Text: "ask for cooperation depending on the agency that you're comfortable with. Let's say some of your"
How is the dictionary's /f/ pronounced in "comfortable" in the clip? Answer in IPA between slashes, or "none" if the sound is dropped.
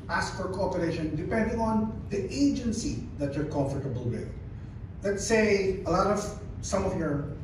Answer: /f/